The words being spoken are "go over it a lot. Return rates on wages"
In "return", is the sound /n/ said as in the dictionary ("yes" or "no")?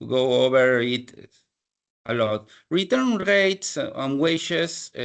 yes